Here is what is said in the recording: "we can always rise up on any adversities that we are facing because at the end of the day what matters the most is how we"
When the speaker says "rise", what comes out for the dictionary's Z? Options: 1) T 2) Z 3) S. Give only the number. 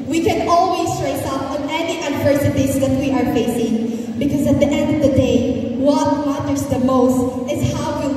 3